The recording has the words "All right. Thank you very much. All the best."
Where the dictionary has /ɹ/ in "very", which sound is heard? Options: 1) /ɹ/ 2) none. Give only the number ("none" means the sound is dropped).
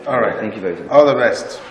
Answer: 2